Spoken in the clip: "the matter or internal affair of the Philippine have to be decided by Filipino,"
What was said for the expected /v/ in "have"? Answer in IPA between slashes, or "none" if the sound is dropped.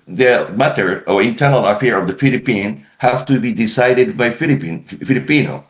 /f/